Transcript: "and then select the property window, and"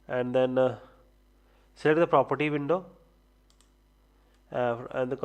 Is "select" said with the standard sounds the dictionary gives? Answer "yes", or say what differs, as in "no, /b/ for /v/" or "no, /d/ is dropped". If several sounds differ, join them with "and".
no, /k/ is dropped